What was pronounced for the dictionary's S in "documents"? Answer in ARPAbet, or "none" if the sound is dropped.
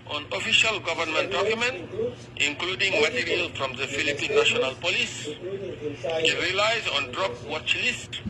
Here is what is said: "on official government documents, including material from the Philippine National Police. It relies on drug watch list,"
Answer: none